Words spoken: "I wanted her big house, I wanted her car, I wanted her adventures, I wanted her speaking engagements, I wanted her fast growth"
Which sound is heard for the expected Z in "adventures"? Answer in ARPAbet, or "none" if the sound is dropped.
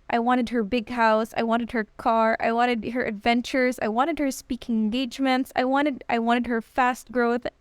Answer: Z